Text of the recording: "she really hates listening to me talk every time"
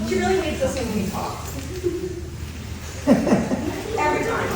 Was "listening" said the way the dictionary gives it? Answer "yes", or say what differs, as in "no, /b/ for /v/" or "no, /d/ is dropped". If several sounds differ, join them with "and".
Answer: no, /n/ is dropped